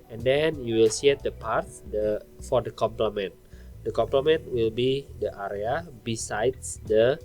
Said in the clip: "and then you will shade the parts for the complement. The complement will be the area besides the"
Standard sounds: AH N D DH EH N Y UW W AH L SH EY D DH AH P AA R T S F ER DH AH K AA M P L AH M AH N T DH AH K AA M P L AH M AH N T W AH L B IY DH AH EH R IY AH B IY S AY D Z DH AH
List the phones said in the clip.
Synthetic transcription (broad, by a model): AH N D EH N Y UW W AH L S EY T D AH P AA R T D F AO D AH K AA M P L AH M AH N T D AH K AA M P L AH M AH N T W AH L B IY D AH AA R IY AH B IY S AY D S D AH